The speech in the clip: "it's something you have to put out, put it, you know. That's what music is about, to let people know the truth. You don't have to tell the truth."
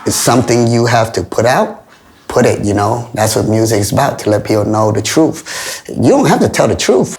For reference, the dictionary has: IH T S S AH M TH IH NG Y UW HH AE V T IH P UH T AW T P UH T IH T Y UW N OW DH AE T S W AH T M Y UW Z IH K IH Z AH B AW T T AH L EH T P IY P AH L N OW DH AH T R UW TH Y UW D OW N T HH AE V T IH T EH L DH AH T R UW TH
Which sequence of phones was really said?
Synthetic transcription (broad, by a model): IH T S S AH M TH IH NG Y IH HH AE F T IH P UH T AW T P UH T IH T Y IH N OW DH AE T S W AH T M Y UW Z IH K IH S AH B AW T T AH L EH T P IY P L N OW DH AH T R UW TH Y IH D OW N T HH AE F T IH T EH L DH AH T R UW TH